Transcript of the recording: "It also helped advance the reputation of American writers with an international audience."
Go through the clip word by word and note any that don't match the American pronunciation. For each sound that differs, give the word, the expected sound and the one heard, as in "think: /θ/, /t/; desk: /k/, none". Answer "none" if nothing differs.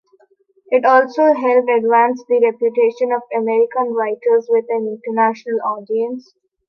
helped: /t/, none